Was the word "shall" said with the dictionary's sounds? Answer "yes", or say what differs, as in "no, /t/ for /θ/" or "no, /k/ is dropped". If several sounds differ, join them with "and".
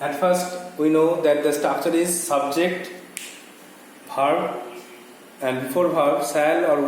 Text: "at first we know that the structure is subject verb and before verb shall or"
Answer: no, /s/ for /ʃ/